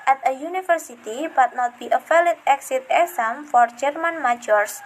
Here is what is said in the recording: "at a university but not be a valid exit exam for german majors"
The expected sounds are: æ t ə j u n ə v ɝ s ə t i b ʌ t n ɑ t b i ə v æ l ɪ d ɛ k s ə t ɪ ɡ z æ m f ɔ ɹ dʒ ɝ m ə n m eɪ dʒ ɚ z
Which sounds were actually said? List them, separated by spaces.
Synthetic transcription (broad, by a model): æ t ə j u n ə f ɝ s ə t i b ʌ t n ɑ t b i ə f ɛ l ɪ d ɛ k s ə t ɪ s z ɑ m f ɔ ɹ dʒ ɝ m ə n m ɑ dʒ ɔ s